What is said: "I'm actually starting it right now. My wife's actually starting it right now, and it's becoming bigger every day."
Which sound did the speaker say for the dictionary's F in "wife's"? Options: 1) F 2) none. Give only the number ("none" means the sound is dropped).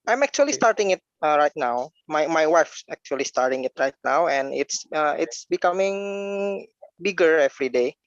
1